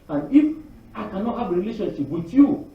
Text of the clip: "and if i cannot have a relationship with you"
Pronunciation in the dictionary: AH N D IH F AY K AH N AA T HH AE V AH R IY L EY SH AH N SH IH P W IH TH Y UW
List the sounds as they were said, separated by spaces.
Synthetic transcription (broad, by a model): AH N IH F AY K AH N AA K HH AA B AH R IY L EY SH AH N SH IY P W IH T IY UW